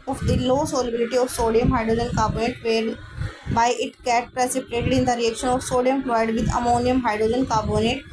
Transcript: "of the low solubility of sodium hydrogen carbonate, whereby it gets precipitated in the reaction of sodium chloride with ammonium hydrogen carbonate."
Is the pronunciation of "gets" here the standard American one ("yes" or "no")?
no